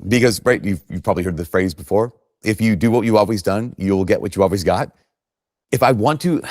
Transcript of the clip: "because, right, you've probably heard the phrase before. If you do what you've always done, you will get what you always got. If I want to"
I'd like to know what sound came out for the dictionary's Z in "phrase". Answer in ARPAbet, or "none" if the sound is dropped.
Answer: Z